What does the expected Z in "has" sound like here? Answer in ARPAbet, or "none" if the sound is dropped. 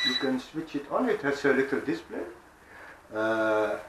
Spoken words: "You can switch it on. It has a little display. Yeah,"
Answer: S